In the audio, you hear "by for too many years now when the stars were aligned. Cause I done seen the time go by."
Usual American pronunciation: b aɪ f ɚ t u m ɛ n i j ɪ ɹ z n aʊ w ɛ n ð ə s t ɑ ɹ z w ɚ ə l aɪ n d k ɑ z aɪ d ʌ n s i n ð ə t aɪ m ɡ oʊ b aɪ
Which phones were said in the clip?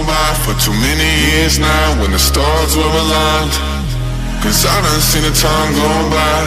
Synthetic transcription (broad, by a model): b aɪ f ɚ t u m ɛ n i j ɪ ɹ z n aʊ w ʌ n ð ə s t ɑ ɹ z w ɚ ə l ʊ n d k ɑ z aɪ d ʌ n s i n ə t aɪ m ɡ oʊ b aɪ